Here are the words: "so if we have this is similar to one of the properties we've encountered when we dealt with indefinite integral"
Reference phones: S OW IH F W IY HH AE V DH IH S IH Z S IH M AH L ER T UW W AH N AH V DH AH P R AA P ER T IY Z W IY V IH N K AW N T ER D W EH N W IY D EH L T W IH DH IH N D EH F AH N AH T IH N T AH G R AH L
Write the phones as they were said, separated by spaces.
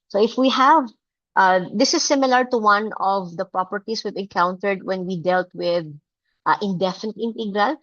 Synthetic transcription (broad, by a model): S OW IH F W IY HH AE V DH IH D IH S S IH M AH L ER T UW W AH N AH V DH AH P R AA P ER T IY S W IY V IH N K AW N T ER D W EH N W IY D EH L T W IH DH IH N D EH F AH N AH T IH N T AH G R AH L